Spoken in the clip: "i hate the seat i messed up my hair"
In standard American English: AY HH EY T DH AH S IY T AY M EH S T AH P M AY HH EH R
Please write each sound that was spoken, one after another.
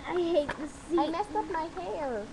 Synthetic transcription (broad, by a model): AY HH EY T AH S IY AY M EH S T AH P M AY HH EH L